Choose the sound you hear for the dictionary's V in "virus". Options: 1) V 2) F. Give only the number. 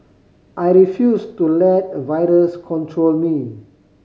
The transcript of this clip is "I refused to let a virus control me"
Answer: 1